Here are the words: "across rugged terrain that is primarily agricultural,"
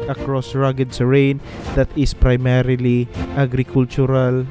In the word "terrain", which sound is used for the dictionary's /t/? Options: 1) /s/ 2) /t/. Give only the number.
1